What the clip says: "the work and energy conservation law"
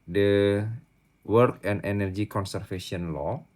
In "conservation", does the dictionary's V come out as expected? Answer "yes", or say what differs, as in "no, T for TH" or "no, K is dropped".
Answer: no, F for V